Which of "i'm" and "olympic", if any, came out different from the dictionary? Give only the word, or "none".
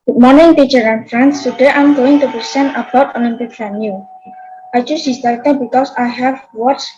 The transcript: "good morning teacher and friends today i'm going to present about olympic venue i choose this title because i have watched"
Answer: olympic